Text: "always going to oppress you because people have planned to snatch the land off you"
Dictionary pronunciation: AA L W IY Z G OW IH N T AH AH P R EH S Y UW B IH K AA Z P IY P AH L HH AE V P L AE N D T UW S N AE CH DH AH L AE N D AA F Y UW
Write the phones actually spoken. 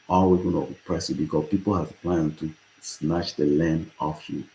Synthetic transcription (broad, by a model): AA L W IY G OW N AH AH P R EH S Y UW B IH K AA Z P IY P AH L HH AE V P L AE N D T UW S N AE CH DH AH L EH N AA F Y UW